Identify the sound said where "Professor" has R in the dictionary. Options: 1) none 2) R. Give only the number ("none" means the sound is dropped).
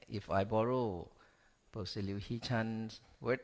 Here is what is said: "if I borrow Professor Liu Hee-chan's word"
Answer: 1